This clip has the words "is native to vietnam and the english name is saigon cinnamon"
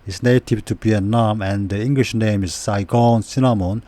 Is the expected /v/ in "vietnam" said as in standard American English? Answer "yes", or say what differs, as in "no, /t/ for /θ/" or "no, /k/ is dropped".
no, /b/ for /v/